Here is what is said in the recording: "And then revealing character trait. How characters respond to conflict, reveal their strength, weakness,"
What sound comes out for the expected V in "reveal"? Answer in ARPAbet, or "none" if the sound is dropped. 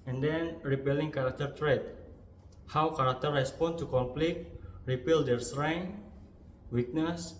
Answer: P